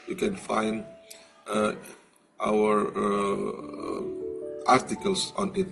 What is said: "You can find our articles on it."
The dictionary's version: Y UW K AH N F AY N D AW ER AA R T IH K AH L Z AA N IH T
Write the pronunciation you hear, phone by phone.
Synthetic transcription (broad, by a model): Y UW K AH N F AY N D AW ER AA R T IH K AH L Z AA N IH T